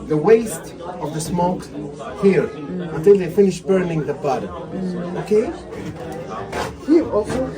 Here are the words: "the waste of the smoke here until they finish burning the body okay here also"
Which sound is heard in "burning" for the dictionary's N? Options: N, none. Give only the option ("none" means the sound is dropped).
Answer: N